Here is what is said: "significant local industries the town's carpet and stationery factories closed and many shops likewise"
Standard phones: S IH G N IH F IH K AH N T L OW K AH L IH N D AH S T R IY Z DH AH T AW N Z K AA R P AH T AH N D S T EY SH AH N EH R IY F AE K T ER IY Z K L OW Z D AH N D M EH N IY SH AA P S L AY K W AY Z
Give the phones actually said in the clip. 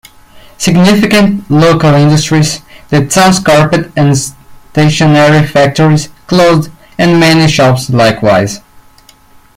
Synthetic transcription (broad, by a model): S IH G N IH F IH K AH N T L OW K AH L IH N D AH S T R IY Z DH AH S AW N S K AA R P AH T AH N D S T EY SH AH N EH R IY F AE K T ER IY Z K L OW Z D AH N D M EH N IY SH AA P S L AY K W AY Z